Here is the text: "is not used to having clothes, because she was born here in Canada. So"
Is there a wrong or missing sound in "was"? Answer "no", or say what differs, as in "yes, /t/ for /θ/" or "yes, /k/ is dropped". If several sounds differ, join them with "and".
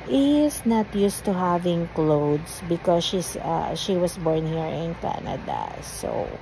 yes, /s/ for /z/